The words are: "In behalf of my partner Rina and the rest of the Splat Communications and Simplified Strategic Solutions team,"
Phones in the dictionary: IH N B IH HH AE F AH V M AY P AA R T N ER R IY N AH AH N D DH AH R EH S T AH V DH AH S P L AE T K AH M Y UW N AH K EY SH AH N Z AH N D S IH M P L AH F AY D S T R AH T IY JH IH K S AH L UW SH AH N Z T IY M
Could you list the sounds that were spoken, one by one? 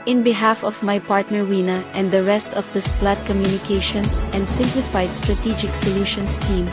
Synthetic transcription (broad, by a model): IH N B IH HH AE F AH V M AY P AA R T N ER W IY N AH AH N D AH R EH S T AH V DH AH S P L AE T K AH M Y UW N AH K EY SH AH N S AH N D S IH M P L AH F AY D S T R AH T IY JH IH K S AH L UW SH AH N S T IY M